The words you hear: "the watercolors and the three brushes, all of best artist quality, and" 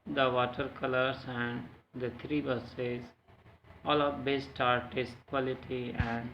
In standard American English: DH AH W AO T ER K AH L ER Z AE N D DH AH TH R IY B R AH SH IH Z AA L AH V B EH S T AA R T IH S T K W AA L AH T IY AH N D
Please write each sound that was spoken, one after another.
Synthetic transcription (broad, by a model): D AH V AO T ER K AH L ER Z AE N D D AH T R IY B AH S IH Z AA L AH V B EH S T AA R T IH S T K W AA L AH T IY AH N D